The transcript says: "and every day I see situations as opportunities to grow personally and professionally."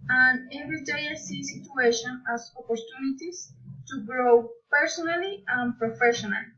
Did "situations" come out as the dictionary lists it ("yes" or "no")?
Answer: no